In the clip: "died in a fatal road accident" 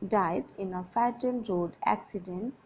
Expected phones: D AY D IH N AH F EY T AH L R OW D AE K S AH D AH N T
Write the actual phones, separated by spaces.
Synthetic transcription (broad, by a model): D AY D IH N AH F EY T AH N R OW D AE K S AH D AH N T